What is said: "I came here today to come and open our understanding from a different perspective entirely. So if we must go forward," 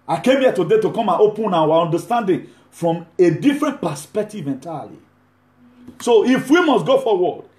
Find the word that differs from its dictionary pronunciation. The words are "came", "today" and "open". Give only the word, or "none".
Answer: none